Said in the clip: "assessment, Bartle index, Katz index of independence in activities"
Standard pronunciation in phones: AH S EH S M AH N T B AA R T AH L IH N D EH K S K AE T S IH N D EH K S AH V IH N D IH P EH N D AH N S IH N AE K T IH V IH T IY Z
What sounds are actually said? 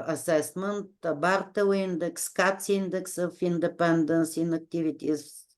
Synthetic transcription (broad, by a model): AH S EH S M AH N T B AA R T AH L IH N D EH K S K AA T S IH N D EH K S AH F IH N D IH P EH N D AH N S IH N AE K T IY V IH T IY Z